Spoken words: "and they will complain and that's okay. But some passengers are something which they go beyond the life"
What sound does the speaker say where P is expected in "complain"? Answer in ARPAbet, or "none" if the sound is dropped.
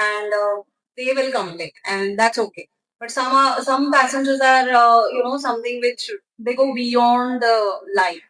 none